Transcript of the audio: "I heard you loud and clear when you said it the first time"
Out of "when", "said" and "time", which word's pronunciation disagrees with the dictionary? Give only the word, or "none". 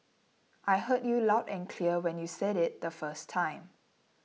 none